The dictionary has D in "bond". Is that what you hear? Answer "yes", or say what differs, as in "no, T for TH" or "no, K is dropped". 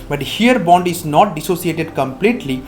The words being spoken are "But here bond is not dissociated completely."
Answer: yes